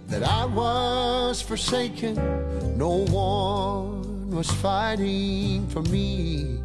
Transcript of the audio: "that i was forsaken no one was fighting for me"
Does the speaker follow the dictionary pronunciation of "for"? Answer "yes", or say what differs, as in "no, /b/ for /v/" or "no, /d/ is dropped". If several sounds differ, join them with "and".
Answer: yes